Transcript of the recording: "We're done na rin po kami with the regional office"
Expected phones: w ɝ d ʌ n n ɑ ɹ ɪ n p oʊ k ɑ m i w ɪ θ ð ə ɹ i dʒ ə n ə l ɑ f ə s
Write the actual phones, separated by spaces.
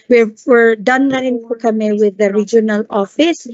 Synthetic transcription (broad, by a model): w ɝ d ʌ n l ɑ ɹ ɪ n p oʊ k ɑ m i w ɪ ð ə ɹ i dʒ ə n ə l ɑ f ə s